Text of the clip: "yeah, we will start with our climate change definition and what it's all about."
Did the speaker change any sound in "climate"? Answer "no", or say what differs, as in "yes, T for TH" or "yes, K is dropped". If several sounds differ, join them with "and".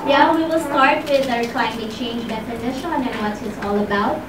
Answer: yes, M is dropped